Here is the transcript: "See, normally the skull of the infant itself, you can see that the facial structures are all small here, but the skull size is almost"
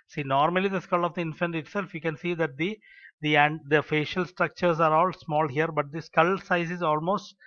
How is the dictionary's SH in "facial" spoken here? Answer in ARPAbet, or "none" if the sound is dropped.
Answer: SH